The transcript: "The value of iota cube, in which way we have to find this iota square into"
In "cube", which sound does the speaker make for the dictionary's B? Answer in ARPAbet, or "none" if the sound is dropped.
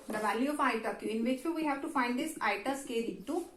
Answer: none